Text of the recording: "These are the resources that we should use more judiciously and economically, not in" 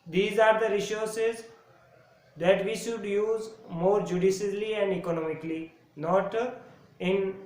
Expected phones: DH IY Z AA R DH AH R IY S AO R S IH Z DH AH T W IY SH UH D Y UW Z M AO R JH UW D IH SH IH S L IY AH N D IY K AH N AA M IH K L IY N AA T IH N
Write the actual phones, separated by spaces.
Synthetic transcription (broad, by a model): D IY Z AA R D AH R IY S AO R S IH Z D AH T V IY SH UH D Y UW Z M AO R JH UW D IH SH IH L IY AH N D IY K AH N AA M IH K L IY N AA T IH N